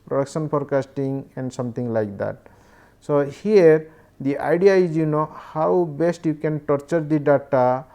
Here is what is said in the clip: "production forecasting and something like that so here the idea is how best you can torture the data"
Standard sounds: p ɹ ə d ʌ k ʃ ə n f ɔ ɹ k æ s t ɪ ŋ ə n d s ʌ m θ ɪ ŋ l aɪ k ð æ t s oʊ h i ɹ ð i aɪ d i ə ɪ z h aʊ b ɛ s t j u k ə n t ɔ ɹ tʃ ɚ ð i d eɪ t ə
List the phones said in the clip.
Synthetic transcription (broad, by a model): p ɹ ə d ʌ k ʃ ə n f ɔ ɹ k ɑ s t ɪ ŋ ə n d s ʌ m t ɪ ŋ l aɪ k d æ t s oʊ h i ɹ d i aɪ d i ə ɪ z h aʊ b ɛ s t j u k ə n t ɔ ɹ tʃ ɚ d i d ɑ t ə